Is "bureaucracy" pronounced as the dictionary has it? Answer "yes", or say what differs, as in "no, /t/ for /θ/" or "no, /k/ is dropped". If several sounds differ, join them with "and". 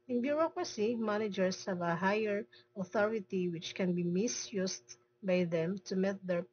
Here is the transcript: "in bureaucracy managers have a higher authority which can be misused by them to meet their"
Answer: yes